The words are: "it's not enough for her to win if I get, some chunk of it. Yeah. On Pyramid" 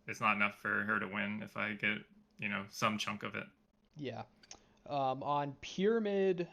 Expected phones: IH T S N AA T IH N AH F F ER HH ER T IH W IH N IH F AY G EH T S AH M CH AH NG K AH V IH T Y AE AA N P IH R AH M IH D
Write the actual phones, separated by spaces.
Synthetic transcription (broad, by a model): IH T S N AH T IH N AH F F ER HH ER T IH W IH N IH F AY G EH T S AH M CH AH NG K AH V IH T Y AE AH N P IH R M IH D